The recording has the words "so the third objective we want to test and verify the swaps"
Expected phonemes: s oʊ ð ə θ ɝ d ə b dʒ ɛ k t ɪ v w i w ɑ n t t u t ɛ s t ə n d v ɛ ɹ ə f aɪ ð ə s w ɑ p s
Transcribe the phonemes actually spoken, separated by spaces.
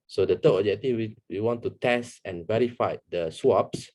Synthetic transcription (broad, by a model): s oʊ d ə t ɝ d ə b dʒ ɛ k t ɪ w w i w ɑ n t t u t ɛ s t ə n v ɛ ɹ ə f aɪ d ə s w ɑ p s